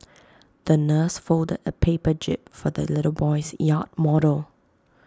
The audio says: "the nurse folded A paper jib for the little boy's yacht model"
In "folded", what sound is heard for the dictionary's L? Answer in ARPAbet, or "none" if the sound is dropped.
L